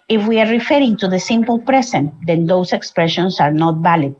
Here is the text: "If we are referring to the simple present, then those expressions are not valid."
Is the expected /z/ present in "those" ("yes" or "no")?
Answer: no